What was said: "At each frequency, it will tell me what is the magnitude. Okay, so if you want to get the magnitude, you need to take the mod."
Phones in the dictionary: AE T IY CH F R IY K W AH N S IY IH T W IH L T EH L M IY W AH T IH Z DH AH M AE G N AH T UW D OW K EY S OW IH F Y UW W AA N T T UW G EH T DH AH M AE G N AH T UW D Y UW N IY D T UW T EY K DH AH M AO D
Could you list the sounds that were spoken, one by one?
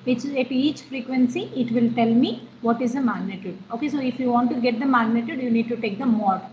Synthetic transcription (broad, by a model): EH T IY CH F R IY K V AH N S IY IH T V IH L T EH L M IY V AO T IH Z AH M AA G N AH T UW D OW K EY S OW IH F Y UW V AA N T T UW G EH T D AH M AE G N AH T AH D Y UW N IY D T UW T EY K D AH M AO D